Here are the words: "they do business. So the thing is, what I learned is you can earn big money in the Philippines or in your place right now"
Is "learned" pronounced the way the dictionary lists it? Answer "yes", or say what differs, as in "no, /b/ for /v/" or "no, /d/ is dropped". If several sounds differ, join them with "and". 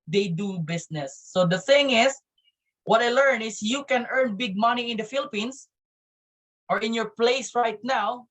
no, /d/ is dropped